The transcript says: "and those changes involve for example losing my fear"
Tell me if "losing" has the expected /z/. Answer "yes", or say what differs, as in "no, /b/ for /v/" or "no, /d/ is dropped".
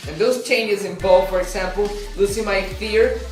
no, /s/ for /z/